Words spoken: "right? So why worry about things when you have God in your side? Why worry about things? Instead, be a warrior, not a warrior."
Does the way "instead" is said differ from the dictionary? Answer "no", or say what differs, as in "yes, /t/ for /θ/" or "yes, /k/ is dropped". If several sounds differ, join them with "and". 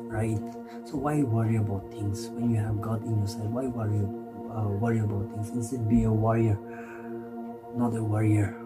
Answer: yes, /n/ is dropped